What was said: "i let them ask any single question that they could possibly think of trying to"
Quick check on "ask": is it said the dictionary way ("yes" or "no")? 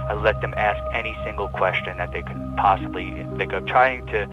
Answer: yes